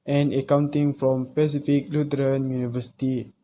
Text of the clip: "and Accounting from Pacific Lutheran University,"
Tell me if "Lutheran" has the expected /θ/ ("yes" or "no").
no